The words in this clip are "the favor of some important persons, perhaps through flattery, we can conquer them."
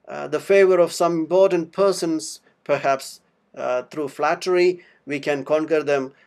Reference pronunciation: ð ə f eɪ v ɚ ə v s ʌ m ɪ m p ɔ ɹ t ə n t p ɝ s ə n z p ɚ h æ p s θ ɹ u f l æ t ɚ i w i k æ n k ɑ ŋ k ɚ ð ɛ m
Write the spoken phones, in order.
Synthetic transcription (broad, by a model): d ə f eɪ v ɚ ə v s ʌ m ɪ m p ɔ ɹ t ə n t p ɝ s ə n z p ɚ h æ p s t ɹ u f l æ t ɚ i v i k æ n k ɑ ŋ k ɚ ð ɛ m